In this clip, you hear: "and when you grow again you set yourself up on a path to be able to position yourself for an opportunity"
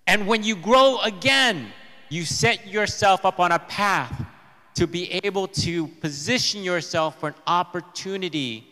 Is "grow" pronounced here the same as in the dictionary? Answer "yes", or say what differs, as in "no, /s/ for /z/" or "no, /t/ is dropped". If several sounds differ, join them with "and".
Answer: yes